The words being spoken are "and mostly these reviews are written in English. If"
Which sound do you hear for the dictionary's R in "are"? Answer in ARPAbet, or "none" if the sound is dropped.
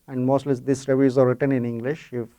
R